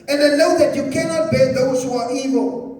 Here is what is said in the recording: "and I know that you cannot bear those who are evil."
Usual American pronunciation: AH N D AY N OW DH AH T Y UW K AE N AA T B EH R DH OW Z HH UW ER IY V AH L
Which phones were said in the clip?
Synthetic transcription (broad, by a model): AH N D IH L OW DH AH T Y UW K AE N AA T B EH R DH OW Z HH UW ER IY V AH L